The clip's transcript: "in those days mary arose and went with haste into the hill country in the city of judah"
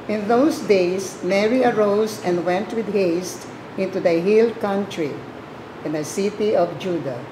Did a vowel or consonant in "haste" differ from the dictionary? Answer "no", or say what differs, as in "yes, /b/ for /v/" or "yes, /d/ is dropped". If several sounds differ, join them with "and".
no